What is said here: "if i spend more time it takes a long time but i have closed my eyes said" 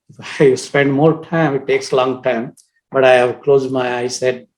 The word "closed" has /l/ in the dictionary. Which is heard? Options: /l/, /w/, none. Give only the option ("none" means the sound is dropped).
/l/